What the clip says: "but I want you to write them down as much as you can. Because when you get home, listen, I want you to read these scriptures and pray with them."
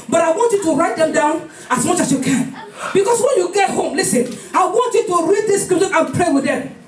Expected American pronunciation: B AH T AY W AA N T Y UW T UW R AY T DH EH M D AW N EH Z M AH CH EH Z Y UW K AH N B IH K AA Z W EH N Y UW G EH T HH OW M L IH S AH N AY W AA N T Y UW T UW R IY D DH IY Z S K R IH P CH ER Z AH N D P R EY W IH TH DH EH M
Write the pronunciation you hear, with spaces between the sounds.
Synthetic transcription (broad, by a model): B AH T AY W AA N T Y UW T UW R AY T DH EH M D AW N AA S M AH CH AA S Y UW K AH N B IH K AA S W EH N Y UW G EH T HH OW M L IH S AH N AY W AA N T Y UW T UW R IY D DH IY S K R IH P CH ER AH N P R EY W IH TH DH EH M